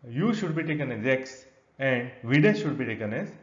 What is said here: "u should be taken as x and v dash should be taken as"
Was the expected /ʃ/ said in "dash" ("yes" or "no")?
no